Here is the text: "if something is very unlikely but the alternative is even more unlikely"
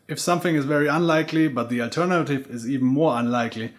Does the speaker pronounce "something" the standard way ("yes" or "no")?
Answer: yes